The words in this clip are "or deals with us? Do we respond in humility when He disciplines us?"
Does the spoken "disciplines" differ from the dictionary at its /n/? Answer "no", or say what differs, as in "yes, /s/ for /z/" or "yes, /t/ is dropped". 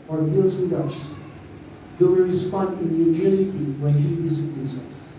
yes, /n/ is dropped